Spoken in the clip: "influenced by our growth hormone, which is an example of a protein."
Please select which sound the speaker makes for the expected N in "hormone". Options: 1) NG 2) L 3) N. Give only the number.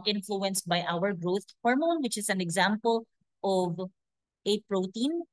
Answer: 3